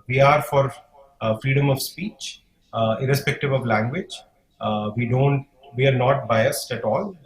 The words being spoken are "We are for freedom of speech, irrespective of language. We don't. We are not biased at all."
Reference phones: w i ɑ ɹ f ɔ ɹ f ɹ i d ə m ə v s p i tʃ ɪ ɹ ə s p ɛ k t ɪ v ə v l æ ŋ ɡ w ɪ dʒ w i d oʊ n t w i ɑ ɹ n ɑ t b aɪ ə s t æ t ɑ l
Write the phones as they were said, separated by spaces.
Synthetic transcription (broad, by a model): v i ɑ ɹ f ɔ ɹ f ɹ i d ə m ə v s p i tʃ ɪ ɹ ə s p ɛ k t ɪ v ə v l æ ŋ ɡ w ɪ dʒ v i d oʊ n t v i ɑ ɹ n ɑ t b aɪ ə s t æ t ɑ l